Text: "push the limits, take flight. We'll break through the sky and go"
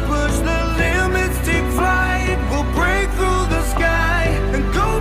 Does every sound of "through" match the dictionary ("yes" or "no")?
yes